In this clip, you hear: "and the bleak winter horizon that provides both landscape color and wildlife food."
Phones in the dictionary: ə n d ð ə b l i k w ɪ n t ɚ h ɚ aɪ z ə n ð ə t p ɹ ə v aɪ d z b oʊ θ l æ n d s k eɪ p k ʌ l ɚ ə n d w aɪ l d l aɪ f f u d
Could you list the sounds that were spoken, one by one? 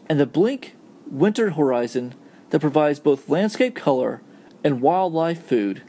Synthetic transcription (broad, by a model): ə n ð ə b l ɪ k w ɪ n t ɚ h ɚ aɪ z ə n ð ə t p ɹ ə v aɪ d z b oʊ θ l æ n d s k eɪ p k ʌ l ɚ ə n w aɪ l d l aɪ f f u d